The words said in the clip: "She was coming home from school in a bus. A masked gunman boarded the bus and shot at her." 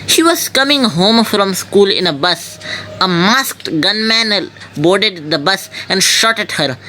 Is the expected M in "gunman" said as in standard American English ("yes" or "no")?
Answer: yes